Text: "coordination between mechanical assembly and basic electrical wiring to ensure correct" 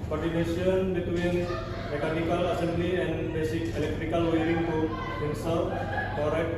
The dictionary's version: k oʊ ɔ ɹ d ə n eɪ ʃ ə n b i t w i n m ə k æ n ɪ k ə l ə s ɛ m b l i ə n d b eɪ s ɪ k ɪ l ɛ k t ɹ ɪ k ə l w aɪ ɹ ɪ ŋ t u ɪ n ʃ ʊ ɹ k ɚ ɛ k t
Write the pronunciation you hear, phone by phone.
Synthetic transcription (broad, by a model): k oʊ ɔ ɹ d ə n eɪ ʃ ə n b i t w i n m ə k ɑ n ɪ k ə l ə s ɛ m b l i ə n b eɪ s ɪ k ɪ l ɛ k t ɹ ɪ k ə l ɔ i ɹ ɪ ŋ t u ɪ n s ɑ l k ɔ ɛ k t